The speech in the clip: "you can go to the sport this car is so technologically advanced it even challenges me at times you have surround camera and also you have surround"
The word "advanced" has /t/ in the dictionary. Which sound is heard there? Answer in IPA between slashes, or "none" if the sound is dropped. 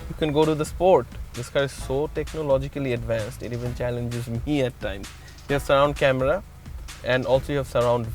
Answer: /t/